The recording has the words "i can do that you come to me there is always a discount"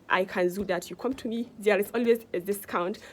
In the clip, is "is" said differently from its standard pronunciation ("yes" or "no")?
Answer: yes